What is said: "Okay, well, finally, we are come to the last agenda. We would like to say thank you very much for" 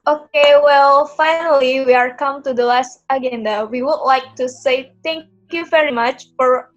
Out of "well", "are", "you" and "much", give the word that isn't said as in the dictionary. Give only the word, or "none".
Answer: none